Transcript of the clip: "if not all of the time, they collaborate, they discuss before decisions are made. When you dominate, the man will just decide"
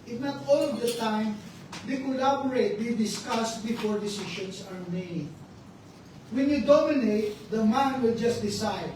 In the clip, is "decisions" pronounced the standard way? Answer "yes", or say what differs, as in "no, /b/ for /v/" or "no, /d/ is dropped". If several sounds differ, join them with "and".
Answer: no, /ʃ/ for /ʒ/ and /s/ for /z/